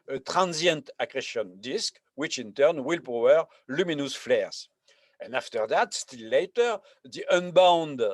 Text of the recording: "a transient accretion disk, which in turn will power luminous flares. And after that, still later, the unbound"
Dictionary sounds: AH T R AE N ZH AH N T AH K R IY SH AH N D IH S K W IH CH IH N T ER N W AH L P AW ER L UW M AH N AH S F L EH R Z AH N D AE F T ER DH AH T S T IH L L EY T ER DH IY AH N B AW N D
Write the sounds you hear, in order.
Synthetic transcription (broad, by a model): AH T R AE N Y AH N T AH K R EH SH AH N D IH S K W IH CH IH N T ER N W AH L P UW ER L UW M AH N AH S F L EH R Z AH N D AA F T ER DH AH T S T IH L L EY T ER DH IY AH N B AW N D